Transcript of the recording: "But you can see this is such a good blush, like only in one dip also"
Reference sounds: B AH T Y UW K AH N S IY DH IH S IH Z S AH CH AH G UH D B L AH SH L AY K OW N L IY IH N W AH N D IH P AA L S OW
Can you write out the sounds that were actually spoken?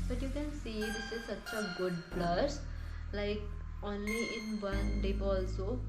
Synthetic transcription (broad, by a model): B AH T Y UW K AH N S IY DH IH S IH Z S AH CH AH G UH D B L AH S L AY K OW N L IY IH N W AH N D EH B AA L S OW